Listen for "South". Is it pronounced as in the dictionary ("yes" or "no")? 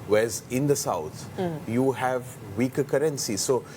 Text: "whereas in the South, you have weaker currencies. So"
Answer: no